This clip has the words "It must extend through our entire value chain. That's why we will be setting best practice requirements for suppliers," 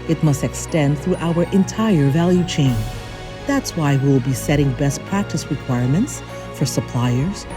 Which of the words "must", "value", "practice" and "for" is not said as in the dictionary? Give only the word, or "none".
none